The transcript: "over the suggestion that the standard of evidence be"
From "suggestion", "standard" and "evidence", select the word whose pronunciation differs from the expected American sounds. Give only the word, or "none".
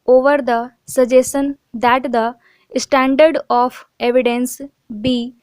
suggestion